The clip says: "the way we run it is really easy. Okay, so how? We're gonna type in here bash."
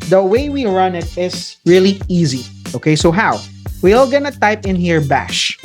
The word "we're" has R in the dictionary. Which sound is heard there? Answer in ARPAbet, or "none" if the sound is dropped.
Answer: L